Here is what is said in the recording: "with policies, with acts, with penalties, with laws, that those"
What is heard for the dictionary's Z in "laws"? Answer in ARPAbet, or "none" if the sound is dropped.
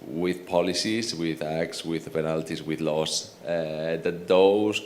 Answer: S